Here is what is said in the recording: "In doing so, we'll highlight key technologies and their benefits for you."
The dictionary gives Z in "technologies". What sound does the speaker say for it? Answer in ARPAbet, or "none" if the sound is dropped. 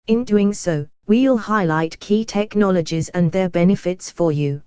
Z